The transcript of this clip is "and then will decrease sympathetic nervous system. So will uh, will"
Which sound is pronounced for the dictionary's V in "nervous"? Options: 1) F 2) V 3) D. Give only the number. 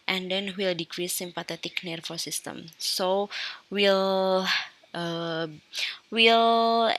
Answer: 1